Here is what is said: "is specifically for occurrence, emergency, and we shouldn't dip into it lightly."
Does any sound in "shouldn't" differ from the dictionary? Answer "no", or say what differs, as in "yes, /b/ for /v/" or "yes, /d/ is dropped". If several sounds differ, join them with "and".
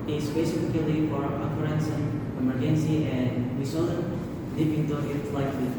yes, /s/ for /ʃ/